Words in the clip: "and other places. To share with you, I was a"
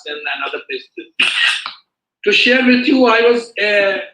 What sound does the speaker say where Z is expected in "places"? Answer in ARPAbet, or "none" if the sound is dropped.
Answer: none